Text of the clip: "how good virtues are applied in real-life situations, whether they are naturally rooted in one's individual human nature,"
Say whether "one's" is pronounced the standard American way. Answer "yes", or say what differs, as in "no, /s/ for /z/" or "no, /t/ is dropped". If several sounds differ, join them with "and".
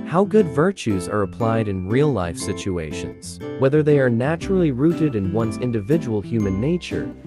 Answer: yes